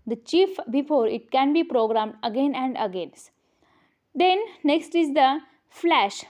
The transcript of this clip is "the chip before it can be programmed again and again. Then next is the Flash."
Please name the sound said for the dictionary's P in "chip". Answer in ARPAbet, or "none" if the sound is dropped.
F